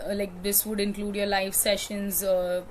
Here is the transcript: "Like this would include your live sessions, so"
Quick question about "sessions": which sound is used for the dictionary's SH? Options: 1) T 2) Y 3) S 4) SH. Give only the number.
4